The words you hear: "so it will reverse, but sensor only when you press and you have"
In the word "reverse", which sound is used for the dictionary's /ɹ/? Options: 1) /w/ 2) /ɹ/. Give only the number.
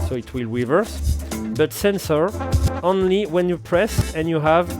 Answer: 1